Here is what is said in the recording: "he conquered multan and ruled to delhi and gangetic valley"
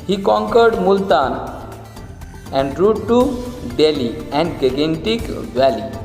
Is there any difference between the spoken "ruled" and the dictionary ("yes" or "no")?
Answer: yes